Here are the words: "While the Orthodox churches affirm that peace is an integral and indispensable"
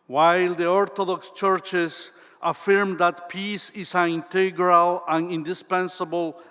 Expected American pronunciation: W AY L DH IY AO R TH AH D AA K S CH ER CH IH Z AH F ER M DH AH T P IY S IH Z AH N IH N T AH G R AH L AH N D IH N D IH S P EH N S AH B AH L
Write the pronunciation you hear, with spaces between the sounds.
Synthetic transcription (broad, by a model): W AY L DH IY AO R T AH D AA K S CH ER CH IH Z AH F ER M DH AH T P IY S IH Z AH N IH N T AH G R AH L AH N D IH N D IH S P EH N S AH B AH L